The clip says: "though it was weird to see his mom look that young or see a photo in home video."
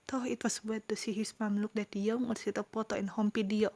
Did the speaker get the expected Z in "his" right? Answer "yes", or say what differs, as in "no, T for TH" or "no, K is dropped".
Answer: no, S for Z